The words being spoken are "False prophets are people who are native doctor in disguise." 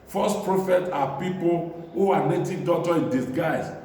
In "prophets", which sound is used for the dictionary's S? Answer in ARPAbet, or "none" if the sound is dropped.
none